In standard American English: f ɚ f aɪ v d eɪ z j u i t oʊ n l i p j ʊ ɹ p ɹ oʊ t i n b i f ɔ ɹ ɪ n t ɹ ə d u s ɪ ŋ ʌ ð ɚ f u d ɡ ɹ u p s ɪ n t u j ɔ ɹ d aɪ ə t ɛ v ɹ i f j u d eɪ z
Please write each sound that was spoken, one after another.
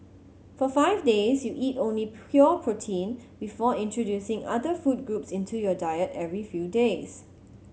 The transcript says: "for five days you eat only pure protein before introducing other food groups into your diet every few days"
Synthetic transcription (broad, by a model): f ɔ f aɪ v d eɪ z j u i t oʊ n l i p j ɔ p ɹ oʊ t i n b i f ɔ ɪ n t ɹ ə d u s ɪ ŋ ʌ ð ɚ f u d ɡ ɹ u p s ɪ n t u j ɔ d aɪ ə t ɛ v ɹ i f j u d eɪ s